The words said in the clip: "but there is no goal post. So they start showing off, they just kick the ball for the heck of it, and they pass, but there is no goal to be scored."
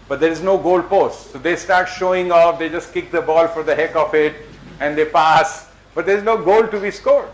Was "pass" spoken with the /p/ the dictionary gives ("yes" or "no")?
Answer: yes